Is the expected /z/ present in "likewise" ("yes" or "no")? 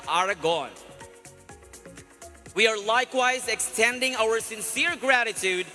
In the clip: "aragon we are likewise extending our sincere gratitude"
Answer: yes